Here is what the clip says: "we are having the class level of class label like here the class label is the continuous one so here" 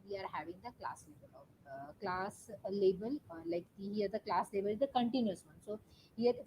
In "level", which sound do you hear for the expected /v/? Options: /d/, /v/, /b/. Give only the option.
/b/